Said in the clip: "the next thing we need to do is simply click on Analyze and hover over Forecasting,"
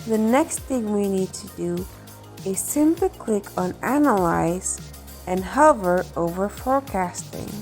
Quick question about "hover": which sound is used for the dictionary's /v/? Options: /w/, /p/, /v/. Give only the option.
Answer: /v/